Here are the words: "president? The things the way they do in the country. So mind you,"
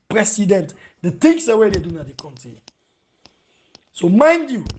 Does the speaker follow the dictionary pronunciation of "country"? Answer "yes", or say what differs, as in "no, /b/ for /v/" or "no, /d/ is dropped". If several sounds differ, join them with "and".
no, /ɹ/ is dropped